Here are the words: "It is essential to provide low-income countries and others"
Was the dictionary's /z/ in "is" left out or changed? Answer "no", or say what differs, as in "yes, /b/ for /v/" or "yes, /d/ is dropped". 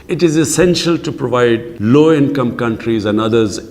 no